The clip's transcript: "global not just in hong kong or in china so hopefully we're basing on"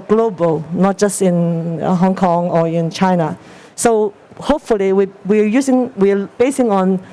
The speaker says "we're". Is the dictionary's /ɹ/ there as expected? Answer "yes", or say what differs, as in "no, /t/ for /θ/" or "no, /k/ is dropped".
no, /w/ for /ɹ/